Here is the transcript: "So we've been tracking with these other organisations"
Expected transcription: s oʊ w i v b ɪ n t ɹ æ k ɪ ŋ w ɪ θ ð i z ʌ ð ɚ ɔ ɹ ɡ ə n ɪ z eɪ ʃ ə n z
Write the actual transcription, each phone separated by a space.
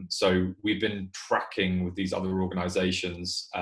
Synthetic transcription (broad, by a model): s oʊ w i v b ɪ n t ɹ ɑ k ɪ ŋ w ɪ ð i z ʌ ð ɚ ɔ ɡ ə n ɪ z eɪ ʃ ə n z